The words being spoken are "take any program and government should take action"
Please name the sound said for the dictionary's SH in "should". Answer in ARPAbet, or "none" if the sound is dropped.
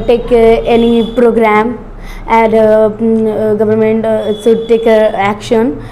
S